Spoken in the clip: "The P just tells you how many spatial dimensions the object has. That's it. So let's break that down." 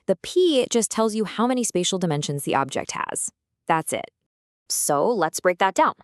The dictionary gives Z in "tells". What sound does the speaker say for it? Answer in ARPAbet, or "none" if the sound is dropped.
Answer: Z